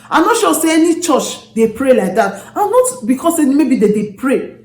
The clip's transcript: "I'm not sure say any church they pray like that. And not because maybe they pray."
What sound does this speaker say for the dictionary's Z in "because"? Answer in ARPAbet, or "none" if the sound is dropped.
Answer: S